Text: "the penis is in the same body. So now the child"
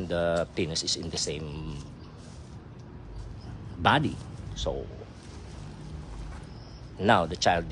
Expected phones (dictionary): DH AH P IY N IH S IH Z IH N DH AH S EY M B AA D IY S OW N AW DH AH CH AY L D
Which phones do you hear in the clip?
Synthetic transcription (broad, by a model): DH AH P IY N IH S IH S IH N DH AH S EY M B AA D IY S OW N AW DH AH CH AY L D